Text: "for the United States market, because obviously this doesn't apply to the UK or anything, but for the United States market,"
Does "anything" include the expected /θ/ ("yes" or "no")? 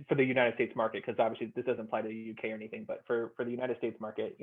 yes